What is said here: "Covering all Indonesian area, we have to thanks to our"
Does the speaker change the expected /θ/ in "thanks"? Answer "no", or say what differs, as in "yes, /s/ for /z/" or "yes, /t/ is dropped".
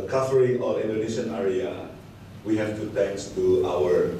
yes, /t/ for /θ/